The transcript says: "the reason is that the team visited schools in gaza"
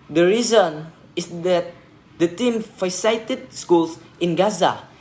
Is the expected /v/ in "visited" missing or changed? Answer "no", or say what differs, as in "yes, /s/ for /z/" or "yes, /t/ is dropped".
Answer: yes, /f/ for /v/